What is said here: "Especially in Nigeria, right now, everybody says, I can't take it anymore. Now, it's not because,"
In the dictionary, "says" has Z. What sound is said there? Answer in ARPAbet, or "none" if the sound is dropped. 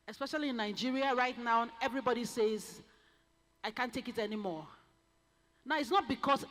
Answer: Z